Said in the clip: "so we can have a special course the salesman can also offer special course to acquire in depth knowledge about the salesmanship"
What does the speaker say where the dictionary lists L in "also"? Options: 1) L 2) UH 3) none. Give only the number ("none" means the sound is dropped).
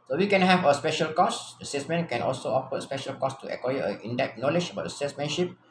1